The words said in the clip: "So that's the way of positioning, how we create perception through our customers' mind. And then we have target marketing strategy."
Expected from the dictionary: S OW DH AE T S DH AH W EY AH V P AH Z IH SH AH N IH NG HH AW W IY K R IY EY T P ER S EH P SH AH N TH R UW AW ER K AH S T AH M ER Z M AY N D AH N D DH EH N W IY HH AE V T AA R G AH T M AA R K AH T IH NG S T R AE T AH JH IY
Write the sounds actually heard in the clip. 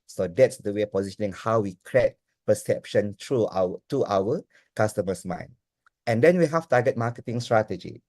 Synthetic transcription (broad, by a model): S OW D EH T S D AH W EY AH P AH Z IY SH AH N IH NG HH AW W IY K R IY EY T P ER S EH P SH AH N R R UW AW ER K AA S T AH M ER S M AY N AH N D EH N W IY HH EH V T AA G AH T M AA K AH T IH NG S T R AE T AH JH IY